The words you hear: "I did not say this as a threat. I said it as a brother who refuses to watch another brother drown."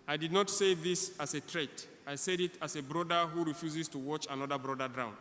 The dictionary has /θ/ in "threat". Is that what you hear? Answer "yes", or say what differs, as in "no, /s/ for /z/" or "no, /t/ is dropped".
no, /t/ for /θ/